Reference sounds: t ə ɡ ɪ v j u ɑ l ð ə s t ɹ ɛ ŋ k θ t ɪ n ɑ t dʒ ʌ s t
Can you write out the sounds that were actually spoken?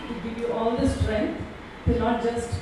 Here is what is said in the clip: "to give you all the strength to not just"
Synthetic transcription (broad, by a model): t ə ɡ ɪ v j u ɑ l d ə s t ɹ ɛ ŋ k t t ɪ n ɑ t dʒ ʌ s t